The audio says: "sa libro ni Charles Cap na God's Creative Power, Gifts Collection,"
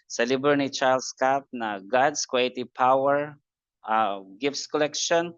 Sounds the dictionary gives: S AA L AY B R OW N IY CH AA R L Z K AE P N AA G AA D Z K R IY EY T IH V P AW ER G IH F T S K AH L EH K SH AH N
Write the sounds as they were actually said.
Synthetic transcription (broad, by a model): S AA L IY B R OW N IY CH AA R L S K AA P N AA G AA D S K W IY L T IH P AW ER G IH F T S K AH L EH K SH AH N